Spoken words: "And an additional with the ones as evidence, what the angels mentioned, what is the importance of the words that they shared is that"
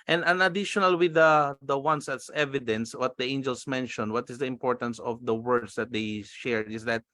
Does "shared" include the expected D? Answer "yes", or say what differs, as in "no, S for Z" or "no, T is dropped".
no, D is dropped